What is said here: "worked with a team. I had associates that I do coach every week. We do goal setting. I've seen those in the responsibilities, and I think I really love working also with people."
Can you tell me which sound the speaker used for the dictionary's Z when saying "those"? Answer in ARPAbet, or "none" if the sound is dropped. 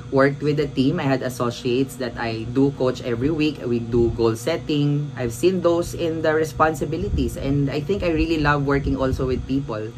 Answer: S